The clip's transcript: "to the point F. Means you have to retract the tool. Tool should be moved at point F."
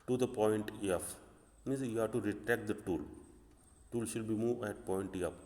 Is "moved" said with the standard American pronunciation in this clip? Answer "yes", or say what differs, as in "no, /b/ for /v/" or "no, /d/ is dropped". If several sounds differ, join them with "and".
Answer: no, /d/ is dropped